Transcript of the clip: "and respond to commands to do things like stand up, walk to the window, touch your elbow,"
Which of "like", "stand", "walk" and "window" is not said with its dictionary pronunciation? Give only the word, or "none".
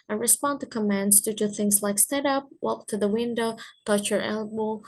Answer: stand